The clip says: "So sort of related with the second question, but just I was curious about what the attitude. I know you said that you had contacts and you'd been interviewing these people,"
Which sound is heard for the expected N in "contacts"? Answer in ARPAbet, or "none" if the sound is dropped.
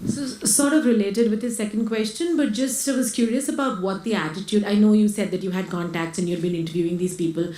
N